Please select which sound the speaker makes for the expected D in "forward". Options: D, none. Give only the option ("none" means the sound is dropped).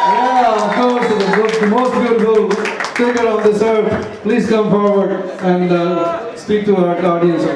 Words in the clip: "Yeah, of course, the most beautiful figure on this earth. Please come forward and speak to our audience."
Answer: D